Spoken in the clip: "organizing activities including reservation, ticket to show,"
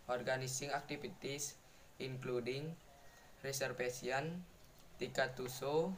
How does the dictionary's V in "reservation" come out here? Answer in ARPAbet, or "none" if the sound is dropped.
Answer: F